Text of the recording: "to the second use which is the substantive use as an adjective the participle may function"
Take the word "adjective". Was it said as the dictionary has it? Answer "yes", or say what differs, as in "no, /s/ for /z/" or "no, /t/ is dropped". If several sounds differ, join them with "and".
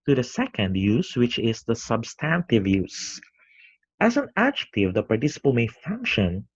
yes